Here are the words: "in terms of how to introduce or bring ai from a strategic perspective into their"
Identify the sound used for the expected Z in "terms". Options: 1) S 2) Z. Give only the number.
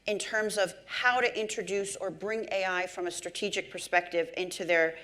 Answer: 2